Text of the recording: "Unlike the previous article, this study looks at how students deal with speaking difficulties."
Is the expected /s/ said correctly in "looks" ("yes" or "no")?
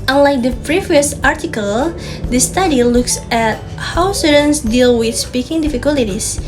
yes